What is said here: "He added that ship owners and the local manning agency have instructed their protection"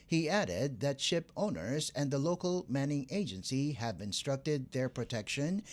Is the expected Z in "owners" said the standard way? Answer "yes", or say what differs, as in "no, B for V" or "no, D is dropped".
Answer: yes